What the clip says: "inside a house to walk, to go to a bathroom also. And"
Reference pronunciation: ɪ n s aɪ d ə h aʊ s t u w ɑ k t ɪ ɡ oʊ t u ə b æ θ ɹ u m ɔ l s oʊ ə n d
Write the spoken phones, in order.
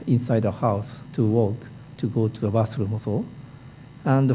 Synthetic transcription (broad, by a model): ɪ n s aɪ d ə h aʊ s t u w ɑ k t ɪ ɡ oʊ t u ə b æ s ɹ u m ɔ s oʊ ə n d